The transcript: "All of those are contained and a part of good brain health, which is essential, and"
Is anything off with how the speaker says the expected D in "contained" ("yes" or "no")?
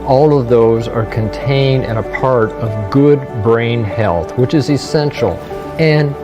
no